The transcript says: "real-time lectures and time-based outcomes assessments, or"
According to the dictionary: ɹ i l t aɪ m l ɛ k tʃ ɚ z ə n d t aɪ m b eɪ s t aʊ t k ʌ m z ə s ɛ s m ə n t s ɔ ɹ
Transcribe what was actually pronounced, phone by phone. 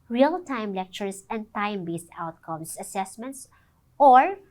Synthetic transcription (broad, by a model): ɹ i l t aɪ m l ɛ k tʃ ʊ s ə n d t aɪ m b eɪ s t aʊ t k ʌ m s ə s ɛ s m ə n t s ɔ ɹ